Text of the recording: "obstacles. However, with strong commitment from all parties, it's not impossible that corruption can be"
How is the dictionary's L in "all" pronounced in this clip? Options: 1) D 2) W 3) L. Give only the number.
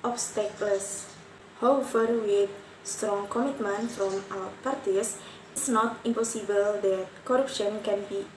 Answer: 2